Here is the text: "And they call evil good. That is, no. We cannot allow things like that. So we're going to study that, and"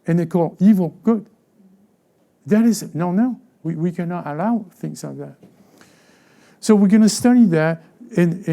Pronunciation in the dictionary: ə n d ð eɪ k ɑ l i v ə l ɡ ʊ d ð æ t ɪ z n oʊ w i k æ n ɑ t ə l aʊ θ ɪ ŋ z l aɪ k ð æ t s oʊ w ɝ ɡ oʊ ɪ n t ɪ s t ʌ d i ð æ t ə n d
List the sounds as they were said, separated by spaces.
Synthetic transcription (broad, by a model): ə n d ð eɪ k ɑ l i v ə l ɡ ʊ d ð æ t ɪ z n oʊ w i k æ n ɑ t ə l aʊ θ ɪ ŋ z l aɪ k ð æ t s oʊ w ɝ ɡ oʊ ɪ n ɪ s t ʌ d i ð æ t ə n